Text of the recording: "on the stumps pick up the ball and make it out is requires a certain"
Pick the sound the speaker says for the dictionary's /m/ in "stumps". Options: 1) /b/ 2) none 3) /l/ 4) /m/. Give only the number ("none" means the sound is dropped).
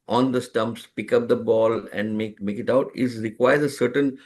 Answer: 4